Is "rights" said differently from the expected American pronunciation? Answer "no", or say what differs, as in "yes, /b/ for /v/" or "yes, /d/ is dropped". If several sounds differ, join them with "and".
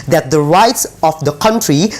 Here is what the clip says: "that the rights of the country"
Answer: no